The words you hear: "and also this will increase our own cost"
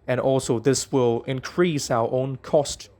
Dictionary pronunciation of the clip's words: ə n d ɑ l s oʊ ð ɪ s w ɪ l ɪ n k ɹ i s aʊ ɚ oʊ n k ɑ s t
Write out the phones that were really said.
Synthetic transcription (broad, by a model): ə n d ɑ l s oʊ ð ɪ s w ɪ l ɪ n k ɹ i s aʊ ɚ oʊ n k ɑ s t